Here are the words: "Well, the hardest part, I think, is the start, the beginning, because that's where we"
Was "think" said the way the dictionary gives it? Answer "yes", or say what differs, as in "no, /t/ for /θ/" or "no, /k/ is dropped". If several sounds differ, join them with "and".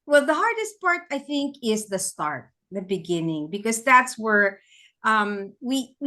yes